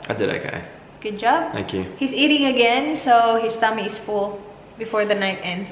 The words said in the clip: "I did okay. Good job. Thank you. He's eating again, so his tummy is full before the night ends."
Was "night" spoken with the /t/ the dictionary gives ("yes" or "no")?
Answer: yes